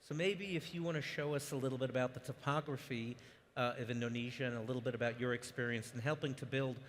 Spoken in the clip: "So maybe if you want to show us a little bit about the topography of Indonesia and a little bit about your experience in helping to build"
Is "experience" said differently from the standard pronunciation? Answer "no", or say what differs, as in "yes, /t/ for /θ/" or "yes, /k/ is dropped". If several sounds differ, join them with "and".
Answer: no